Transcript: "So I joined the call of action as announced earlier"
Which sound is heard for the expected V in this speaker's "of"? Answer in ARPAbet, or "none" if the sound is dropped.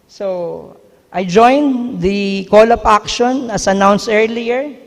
P